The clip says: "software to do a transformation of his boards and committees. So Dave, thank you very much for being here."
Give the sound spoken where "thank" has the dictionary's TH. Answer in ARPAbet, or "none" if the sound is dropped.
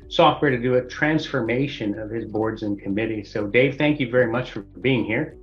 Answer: TH